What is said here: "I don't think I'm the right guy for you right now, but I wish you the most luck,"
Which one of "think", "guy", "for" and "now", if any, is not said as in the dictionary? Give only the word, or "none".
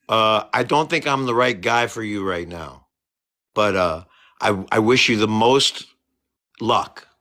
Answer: none